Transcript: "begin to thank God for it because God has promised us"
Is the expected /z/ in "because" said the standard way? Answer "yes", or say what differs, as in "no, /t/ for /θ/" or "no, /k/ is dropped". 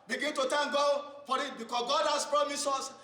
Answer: no, /s/ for /z/